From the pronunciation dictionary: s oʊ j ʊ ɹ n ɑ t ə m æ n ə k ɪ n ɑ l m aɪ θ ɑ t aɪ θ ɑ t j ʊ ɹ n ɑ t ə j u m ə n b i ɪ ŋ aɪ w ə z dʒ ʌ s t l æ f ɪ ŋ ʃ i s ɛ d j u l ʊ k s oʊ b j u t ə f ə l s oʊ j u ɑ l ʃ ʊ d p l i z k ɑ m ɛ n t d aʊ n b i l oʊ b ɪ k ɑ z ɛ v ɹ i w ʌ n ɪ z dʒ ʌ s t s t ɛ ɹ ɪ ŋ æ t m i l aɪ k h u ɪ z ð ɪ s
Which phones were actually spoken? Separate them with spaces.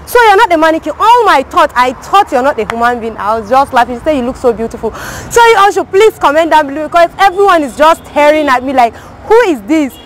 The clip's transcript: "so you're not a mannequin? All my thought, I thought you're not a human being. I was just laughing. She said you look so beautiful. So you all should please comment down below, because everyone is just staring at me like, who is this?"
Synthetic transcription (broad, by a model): s oʊ j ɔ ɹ n ɑ t ə m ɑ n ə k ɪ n ɑ l m aɪ t ɑ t aɪ t ɑ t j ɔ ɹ n ɑ t ə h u m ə n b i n aɪ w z dʒ ʌ s t l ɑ ɪ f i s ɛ j u l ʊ k s oʊ b j u t ə f ə l s oʊ j u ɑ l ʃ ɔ p l i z k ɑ m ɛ n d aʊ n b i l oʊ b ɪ k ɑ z ɛ v ɹ i w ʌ n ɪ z dʒ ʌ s s t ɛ ɹ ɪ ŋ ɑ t m i l aɪ k h u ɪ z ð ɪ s